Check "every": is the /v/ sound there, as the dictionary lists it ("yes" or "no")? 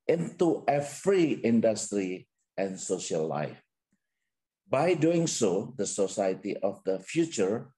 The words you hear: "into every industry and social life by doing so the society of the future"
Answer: no